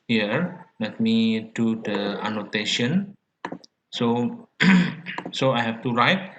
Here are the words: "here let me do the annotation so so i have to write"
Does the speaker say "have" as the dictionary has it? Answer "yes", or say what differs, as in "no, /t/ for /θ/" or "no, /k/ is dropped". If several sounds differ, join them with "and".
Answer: no, /f/ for /v/